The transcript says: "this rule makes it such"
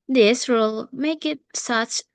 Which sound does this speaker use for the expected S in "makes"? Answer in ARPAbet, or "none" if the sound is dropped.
none